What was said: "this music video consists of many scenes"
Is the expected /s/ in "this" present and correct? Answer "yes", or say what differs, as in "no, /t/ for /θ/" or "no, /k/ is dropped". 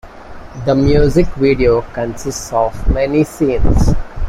no, /s/ is dropped